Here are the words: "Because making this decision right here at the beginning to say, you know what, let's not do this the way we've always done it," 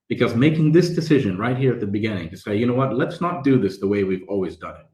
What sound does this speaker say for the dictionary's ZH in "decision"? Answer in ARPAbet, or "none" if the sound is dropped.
ZH